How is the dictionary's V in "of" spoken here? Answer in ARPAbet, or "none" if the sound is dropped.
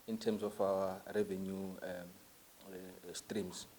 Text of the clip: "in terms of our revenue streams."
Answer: F